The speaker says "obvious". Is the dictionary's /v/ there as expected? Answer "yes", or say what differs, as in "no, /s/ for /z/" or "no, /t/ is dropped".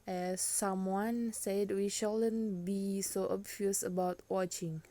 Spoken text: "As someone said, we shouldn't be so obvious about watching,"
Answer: no, /f/ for /v/